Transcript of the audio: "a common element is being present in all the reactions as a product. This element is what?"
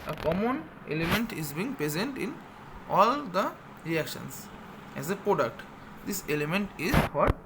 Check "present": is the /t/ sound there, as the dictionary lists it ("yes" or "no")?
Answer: yes